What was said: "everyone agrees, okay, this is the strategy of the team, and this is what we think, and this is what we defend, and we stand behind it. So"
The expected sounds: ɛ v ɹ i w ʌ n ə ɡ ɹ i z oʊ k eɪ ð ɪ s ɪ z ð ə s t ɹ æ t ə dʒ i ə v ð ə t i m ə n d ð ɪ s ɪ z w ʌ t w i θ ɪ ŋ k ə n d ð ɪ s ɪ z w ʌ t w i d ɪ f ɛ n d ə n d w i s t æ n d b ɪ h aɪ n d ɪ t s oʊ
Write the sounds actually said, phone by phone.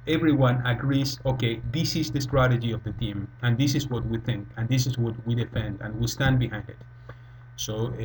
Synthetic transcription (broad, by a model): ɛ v ɹ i w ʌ n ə ɡ ɹ i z oʊ k eɪ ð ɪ s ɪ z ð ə s t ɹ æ t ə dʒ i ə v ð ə t i m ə n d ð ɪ s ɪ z w ʌ t w i θ ɪ ŋ k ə n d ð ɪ s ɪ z w ʌ t w i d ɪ f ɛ n d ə n w i s t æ n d b ɪ h aɪ n d ɪ t s oʊ